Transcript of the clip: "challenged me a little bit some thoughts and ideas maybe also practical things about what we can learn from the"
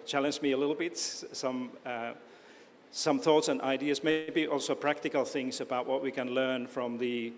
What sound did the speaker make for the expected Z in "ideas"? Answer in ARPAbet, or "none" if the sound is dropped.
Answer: Z